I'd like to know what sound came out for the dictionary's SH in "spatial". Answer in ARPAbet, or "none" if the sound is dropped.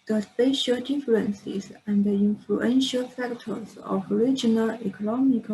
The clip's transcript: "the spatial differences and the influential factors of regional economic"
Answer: SH